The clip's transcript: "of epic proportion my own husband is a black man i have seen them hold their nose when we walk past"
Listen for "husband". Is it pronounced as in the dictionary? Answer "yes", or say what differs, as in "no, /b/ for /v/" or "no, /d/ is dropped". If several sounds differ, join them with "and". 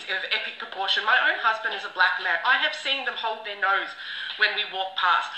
yes